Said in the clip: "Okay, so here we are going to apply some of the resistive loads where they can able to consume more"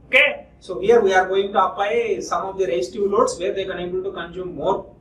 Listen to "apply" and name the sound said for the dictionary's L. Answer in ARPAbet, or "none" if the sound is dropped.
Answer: none